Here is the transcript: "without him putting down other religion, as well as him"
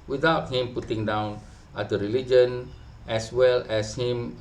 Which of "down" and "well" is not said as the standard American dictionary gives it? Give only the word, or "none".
none